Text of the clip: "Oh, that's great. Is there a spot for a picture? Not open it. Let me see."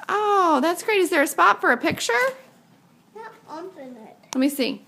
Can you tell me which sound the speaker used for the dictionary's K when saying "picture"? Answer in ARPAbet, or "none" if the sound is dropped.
K